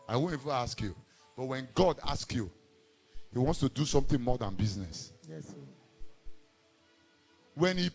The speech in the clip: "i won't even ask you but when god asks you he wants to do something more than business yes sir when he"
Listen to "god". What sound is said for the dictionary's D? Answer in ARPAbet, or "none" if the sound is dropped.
D